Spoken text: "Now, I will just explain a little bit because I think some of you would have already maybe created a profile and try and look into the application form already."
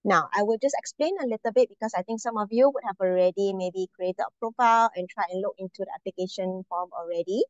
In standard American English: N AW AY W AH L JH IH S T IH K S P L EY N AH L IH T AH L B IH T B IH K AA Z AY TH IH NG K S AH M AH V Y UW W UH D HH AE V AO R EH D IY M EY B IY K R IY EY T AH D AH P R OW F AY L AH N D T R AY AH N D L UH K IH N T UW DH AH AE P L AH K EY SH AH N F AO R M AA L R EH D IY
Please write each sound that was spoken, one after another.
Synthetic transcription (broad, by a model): N AW AY W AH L JH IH S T IH K S P L EY N AH L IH T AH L B IH T B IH K AA S AY T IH NG K S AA M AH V Y UW W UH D HH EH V AO R EH D IY M EY B IY K R IY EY T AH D AH P R OW F AY L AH N T R AY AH N L UH K IH N T UW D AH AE P L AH K EY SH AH N F AO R M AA L R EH D IY